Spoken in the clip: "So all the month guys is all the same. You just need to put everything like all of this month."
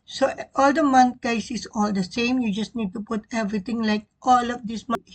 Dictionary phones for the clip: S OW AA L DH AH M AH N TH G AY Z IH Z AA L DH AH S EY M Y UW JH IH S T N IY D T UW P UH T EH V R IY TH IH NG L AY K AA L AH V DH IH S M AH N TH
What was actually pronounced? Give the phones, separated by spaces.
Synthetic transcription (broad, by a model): S OW AA L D AH M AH N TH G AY S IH S AA L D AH S EY M Y UW JH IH S N IY D T UW P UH T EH V R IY T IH NG L AY K AA L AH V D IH S M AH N